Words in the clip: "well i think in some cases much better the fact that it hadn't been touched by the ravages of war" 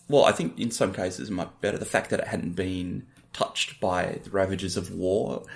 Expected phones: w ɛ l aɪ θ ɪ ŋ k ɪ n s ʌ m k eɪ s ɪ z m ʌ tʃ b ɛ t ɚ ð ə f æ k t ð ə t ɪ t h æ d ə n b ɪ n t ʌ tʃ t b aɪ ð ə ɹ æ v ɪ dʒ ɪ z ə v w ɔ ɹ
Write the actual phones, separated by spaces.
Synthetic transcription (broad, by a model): w ɛ l aɪ θ ɪ ŋ k ɪ n s ʌ m k eɪ s ɪ z m ʌ tʃ b ɛ t ɚ ð ə f æ k ð ə t ɪ t h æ d n b ɪ n t ʌ tʃ t b aɪ ð ə ɹ æ v ɪ dʒ ɪ z ə v w ɔ ɹ